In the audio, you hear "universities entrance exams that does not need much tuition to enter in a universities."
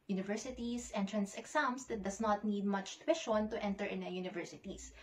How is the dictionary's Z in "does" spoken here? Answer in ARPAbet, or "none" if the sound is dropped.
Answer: S